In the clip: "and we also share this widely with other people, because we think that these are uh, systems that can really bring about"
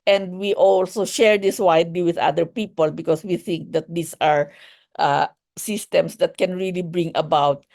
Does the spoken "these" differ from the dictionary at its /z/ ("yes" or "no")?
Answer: yes